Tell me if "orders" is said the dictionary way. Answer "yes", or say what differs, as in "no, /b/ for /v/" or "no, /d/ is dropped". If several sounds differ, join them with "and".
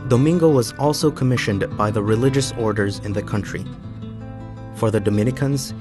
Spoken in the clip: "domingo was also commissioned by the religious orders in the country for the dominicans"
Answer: yes